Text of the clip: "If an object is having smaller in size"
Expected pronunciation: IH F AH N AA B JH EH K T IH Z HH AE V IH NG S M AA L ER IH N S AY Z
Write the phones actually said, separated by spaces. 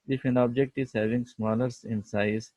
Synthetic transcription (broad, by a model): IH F AH N AA B JH EH K T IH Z HH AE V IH NG S M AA L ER IH N S AY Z